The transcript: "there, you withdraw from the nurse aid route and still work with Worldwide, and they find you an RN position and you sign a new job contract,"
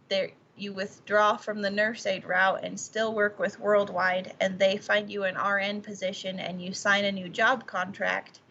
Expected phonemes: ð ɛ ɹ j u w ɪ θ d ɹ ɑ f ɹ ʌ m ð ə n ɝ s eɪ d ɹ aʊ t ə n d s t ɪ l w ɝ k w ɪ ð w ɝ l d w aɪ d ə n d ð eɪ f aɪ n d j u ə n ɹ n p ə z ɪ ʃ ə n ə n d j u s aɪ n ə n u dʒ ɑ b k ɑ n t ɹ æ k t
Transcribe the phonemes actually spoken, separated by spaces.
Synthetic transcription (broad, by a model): ð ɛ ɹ j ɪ w ɪ θ d ɹ ɑ f ɹ ʌ m ð ə n ɝ s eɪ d ɹ aʊ t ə n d s t ɪ l w ɝ k w ɪ ð w ɝ l d w aɪ d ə n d ð eɪ f aɪ n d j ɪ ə n ɹ n p ə z ɪ ʃ ə n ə n j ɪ s aɪ n ə n u dʒ ɑ b k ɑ n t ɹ æ k t